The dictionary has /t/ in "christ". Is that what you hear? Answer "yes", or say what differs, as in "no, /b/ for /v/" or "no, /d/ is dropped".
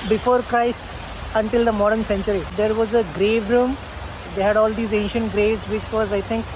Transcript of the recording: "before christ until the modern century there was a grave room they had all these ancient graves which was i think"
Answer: no, /t/ is dropped